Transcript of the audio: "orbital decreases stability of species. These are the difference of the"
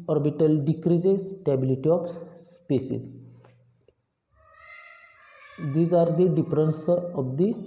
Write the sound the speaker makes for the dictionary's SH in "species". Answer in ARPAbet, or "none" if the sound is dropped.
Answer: S